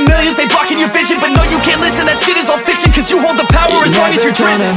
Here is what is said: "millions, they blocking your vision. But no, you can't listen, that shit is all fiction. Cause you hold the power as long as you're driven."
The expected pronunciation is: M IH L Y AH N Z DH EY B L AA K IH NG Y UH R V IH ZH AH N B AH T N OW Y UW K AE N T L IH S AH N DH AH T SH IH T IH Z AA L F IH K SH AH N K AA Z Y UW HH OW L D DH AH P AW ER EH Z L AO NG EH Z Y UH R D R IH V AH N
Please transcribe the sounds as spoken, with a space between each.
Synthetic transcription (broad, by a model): M IH L Y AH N Z DH EY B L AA K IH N Y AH R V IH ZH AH N B AH T N OW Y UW K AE N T L IH S AH N DH AH T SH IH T IH Z AA L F IH K S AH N K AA Z Y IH HH OW L D DH AH P AW ER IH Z W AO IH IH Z Y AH R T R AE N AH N